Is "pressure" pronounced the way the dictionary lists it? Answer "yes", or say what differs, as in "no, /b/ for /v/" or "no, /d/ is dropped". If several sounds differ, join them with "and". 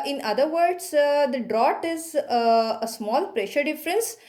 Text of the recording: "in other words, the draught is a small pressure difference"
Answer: yes